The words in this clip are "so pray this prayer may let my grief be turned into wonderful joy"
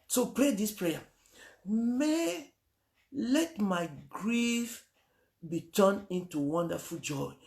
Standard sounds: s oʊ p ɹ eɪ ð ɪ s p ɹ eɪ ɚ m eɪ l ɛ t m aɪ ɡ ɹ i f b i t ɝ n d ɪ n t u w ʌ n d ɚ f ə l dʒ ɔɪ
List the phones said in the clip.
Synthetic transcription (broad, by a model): s oʊ p ɹ eɪ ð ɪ s p ɹ eɪ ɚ m eɪ l ɛ t m aɪ ɡ ɹ i f b i t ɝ n ɪ n t u w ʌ n d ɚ f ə l dʒ ɔɪ